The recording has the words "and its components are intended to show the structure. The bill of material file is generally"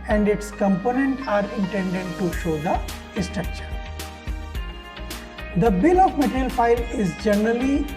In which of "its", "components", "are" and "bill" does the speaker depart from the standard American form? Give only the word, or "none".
components